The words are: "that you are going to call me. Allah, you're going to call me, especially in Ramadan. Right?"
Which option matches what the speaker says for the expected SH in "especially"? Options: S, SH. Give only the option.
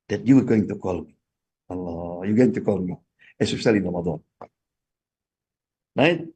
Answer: S